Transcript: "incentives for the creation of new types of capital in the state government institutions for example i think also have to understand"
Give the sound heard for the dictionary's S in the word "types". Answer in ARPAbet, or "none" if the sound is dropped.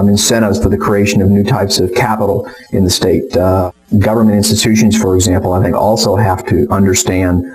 S